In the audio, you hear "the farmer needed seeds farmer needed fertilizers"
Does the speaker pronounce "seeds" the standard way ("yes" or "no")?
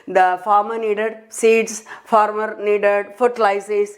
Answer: no